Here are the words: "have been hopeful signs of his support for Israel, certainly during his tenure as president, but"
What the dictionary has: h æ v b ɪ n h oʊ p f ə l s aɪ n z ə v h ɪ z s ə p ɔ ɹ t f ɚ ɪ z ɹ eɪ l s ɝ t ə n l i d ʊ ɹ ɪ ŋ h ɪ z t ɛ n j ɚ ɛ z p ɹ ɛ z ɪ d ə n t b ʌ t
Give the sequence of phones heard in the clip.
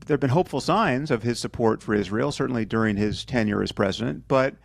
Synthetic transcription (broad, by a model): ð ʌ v b ɪ n h oʊ p f l s aɪ n z ə v ɪ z s ə p ɔ ɹ t f ɚ ɪ z ɹ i l s ɝ t n l i d ʊ ɹ ɪ ŋ ɪ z t ɛ n j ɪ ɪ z p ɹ ɛ z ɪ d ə n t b ʌ t